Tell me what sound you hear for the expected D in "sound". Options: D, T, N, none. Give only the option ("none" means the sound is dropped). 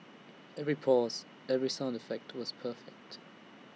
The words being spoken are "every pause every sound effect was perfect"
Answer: D